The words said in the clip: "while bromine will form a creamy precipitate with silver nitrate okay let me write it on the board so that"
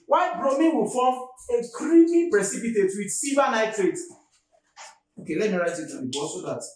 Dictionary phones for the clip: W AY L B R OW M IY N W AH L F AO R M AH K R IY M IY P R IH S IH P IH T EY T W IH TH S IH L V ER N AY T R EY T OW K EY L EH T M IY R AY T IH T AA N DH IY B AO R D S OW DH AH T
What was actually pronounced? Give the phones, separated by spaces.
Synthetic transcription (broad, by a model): W AY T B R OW M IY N W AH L F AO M AH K R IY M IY P R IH S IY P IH T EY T W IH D S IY V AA N AY T R EY T OW K EY L EH T M IY R AY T IH T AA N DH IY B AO S OW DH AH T